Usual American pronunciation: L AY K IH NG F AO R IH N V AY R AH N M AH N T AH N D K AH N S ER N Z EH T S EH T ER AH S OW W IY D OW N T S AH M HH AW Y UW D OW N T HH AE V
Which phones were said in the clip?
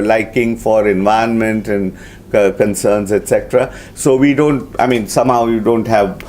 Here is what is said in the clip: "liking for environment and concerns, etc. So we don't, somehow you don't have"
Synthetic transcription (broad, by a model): L AY K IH NG F AO R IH N V AY AH N M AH N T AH N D K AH N S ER N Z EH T S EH T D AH S OW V IY D OW N T S AH M HH AW Y UW D OW N T HH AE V